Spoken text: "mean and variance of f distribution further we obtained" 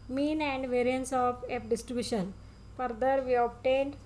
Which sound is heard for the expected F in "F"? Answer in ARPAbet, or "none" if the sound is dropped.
P